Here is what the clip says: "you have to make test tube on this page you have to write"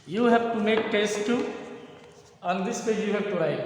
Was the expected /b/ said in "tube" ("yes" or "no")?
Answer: no